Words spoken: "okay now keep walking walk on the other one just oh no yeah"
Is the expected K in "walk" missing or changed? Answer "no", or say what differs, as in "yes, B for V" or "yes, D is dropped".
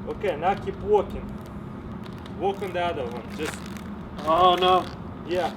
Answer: no